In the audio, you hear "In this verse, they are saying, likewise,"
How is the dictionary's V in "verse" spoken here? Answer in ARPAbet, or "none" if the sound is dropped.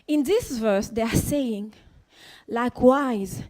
V